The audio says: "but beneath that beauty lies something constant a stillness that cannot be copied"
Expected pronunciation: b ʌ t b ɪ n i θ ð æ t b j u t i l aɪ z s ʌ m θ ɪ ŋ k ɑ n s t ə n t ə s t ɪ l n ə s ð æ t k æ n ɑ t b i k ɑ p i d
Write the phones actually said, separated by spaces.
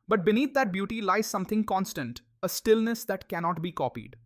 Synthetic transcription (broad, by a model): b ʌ t b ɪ n i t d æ t b j u t i l aɪ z s ʌ m t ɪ ŋ k ɑ n s t ə n t ə s t ɪ l n ə s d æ t k æ n ɑ t b i k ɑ p i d